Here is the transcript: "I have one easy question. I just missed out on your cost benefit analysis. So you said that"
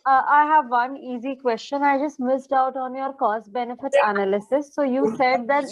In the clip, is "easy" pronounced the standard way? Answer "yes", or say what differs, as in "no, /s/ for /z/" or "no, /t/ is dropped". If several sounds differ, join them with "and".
yes